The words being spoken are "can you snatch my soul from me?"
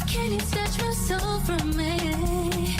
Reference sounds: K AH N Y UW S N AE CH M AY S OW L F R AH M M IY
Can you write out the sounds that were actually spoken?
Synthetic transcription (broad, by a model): K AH N Y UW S AE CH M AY S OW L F R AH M M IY